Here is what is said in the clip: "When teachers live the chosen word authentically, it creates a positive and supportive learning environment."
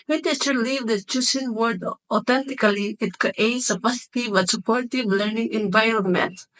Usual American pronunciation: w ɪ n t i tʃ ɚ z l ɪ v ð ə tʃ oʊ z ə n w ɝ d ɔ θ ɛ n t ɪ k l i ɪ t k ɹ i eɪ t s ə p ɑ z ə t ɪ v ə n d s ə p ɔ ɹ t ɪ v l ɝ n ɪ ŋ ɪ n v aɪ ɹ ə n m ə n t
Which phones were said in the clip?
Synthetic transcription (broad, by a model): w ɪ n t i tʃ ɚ l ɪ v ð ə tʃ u s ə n w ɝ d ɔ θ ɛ n t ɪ k l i ɪ t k i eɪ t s ə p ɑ s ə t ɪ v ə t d s ə p ɔ ɹ t ɪ v l ɝ n ɪ ŋ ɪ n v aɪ ɹ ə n m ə n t